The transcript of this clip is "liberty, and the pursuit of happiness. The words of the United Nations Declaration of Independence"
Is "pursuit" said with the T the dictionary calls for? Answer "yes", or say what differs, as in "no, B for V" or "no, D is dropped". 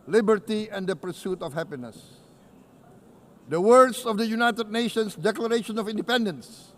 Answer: yes